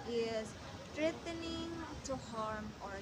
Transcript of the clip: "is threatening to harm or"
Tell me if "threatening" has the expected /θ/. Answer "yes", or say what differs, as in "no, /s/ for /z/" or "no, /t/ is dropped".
no, /t/ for /θ/